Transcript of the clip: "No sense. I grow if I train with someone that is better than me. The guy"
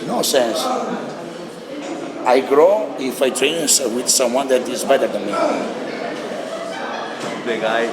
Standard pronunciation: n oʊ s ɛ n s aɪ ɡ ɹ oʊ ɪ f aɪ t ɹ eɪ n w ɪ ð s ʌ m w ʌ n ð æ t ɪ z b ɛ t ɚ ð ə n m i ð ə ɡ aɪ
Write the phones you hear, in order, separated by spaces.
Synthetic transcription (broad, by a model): n oʊ s ɛ n s aɪ ɡ ɹ oʊ ɪ f aɪ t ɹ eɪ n w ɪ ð s ʌ m w ʌ n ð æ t ɪ z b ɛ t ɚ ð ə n m i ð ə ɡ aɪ